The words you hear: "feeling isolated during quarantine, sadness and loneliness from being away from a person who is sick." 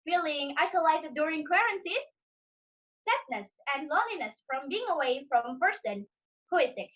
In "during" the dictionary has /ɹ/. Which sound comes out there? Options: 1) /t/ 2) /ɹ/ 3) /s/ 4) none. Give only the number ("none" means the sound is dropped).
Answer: 2